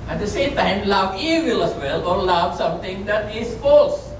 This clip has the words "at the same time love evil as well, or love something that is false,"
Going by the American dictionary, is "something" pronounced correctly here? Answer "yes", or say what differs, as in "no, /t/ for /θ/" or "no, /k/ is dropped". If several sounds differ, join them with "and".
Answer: no, /t/ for /θ/